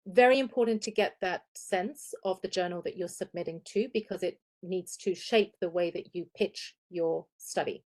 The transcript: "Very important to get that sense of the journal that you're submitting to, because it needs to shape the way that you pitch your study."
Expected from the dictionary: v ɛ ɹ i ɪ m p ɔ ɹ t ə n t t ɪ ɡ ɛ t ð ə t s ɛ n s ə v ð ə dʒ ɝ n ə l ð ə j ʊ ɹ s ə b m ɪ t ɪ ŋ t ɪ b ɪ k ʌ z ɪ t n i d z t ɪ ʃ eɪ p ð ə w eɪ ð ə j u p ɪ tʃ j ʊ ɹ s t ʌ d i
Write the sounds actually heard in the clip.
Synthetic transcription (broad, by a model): v ɛ ɹ i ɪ m p ɔ ɹ t n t t ɪ ɡ ɛ t ð ə t s ɛ n s ə v ð ə dʒ ɝ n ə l ð ə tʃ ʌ ɹ s ə b m ɪ t ɪ ŋ t ɪ b ɪ k ʌ z ɪ t n i d z t ɪ ʃ eɪ p ð ə w eɪ ð ə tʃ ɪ p ɪ tʃ j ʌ ɹ s t ʌ d i